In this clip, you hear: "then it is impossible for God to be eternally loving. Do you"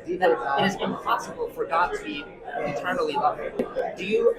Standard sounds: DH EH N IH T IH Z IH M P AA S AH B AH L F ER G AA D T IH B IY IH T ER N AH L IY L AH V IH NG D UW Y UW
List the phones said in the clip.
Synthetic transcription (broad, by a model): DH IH IH T IH Z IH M P AA S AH B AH L F ER G AA D T IH B IY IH T ER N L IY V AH P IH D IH Y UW